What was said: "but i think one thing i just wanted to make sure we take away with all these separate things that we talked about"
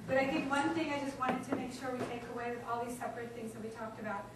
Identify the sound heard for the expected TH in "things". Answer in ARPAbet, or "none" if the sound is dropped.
TH